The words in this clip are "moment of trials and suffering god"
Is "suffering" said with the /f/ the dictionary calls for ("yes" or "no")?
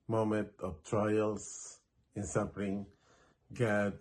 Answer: no